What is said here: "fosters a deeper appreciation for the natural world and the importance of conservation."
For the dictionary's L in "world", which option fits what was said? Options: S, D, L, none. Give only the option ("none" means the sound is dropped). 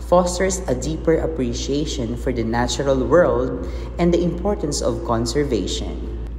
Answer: L